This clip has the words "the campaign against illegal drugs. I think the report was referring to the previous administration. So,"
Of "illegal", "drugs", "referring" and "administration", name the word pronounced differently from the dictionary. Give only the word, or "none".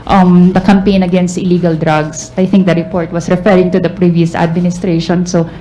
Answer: drugs